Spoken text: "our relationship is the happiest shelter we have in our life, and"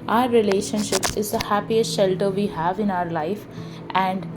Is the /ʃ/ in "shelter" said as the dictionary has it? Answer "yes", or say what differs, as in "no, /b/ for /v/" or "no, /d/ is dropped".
yes